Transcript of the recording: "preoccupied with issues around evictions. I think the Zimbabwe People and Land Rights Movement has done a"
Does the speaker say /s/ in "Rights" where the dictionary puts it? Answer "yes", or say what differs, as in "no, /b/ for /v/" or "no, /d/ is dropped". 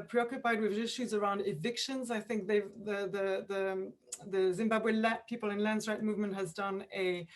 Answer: no, /s/ is dropped